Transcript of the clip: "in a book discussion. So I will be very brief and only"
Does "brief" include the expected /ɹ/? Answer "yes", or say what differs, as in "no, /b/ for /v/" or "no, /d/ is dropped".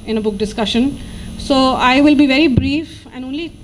yes